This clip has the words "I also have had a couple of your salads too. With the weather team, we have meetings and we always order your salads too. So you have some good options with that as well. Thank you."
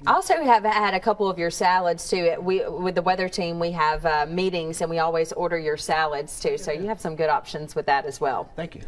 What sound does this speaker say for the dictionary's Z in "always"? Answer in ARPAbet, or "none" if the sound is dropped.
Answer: Z